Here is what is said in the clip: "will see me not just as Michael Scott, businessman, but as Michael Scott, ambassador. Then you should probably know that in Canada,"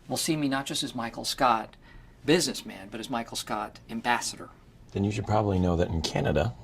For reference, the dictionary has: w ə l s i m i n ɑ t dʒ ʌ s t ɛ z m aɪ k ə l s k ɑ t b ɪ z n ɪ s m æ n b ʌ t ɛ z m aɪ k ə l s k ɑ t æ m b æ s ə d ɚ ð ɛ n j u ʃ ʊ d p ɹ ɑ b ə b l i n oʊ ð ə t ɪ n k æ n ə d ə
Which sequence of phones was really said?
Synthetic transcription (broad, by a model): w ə l s i m i n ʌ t dʒ ʌ s t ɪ z m aɪ k l s k ɑ t b ɪ z n ɪ s m æ n b ʌ t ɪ z m aɪ k l s k ɑ t æ m b æ s ə d ɚ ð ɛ n j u ʃ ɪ d p ɹ ɑ b ə b l i n oʊ ð ə t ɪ n k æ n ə d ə